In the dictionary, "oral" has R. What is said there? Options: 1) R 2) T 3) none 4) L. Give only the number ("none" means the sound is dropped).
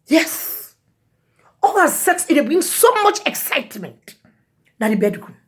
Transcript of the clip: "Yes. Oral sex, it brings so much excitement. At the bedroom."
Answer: 4